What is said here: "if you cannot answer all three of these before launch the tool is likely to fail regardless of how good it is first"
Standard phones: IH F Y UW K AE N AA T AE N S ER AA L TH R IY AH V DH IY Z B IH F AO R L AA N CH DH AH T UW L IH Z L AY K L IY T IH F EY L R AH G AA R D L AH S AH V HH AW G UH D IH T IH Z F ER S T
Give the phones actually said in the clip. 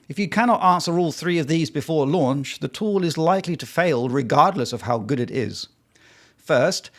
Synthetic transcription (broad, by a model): IH F Y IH K AE N AA T AE N S ER AA L TH R IY AH V DH IY Z B IH F AO R L AA N CH DH AH T UW L IH Z L AY K L IY T IH F EY L R AH G AA R D L AH S AH V HH AW G UH D IH T IH Z F ER S T